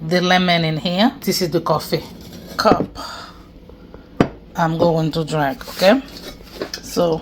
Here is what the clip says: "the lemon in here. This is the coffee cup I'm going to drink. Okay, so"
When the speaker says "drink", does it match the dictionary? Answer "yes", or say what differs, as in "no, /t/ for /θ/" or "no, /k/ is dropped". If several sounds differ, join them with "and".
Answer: no, /ŋ/ is dropped